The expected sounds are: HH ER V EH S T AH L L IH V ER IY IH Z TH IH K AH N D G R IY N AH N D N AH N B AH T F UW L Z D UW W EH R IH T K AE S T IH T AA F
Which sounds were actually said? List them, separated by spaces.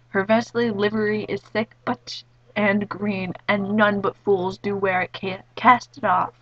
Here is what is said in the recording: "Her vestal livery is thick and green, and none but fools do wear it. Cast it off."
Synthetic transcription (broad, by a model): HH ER V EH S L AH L L IH V ER IY IH Z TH IH K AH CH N G R IY N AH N N AH N B AH T F UW L Z D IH W EH R IH T K AE S T IH T AA F